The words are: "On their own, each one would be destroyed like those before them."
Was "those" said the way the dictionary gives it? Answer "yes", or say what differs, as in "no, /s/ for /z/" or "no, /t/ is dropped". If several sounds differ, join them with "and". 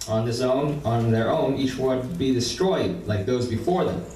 yes